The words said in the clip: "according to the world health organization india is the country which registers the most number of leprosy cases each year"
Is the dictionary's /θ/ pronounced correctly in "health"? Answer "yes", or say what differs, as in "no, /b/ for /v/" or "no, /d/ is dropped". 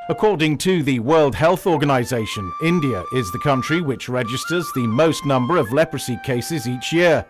yes